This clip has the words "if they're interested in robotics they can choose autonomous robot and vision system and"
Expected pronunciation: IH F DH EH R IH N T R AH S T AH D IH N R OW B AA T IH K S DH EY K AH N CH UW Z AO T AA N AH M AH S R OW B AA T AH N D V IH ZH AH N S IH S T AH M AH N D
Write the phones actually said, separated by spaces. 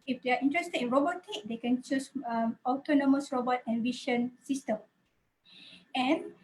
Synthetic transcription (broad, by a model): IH F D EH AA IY N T R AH S T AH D IH N R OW B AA T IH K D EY K AH N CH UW S AO T AA N AH M AH S R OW B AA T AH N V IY SH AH N S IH S T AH M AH N